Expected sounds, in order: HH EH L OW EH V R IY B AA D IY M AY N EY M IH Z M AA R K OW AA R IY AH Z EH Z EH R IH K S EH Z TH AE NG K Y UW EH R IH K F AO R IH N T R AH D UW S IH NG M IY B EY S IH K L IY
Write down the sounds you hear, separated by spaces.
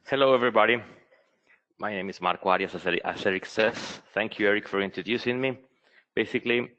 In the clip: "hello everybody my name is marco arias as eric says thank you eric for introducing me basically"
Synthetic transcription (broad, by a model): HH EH L OW EH V R IY B AA D IY M AY N EY M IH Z M AA R K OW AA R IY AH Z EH S EH R IH K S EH S TH AE NG K Y UW EH R IH K F AO R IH N T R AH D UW S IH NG M IY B EY S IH K L IY